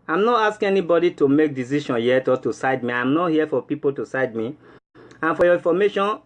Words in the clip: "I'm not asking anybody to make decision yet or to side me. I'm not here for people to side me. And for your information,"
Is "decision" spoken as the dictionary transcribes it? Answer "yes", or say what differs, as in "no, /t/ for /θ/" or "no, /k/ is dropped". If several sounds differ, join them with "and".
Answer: no, /ʃ/ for /ʒ/